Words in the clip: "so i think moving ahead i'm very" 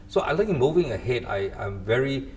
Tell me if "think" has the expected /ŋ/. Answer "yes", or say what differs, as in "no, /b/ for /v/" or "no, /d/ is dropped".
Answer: no, /ŋ/ is dropped